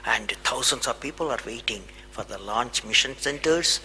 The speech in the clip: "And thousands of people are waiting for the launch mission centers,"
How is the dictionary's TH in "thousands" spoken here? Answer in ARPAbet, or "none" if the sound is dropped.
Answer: T